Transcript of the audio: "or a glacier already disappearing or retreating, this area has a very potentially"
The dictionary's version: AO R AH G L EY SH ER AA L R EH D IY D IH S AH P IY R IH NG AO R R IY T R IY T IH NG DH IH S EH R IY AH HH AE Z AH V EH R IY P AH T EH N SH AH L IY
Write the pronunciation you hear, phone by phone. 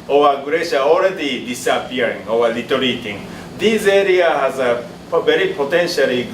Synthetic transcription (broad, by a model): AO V AH G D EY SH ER AA L R EH D IY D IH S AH P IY R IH NG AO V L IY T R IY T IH NG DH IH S EH R IY AH HH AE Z AH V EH R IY P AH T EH N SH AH L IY